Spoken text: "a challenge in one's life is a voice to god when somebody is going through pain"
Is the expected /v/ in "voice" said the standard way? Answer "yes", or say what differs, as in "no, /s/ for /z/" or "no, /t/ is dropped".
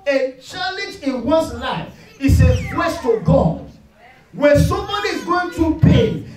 no, /w/ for /v/